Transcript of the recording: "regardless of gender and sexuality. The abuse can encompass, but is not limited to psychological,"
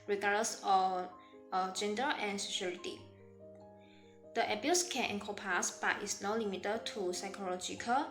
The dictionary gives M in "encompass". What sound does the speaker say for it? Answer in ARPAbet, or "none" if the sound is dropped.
none